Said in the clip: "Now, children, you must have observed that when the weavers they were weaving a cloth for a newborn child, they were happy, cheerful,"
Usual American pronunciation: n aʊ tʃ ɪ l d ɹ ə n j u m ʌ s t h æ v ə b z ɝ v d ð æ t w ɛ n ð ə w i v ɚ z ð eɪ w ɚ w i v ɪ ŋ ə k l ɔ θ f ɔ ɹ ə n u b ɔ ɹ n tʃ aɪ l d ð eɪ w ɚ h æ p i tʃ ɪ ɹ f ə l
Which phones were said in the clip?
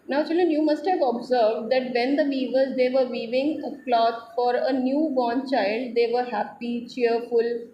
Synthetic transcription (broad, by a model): n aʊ tʃ ɪ l d ɹ ə n j u m ʌ s t h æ v ə b z ɝ v d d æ t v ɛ n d ə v i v ɚ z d eɪ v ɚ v i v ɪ ŋ ə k l ɔ t f ɔ ɹ ə n u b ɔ n tʃ aɪ l d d eɪ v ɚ h æ p i tʃ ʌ ɹ f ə l